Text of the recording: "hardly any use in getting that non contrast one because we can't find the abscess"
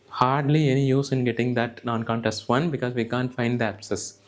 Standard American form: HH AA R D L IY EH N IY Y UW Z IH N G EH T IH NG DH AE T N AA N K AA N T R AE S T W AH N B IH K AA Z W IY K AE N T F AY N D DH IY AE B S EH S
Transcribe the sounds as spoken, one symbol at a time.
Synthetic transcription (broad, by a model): HH AA R D L IY EH N IY Y UW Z IH N G EH T IH NG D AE T N AA N K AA N T AE S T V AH N B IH K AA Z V IY K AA N T F AY N D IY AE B S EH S